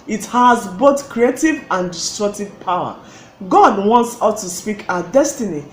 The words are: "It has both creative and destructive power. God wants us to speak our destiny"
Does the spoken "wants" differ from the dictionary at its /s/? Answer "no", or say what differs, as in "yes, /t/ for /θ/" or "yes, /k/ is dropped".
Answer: no